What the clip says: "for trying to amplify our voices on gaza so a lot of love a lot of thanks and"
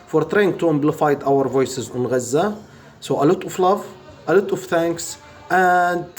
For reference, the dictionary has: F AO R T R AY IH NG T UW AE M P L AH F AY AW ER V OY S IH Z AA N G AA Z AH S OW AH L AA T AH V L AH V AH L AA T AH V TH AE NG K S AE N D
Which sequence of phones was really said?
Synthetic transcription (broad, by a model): F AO R T R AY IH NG T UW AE M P L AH F AY AW ER V OY S IH Z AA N G AA Z AH S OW AH L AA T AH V L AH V AH L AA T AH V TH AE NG K S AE N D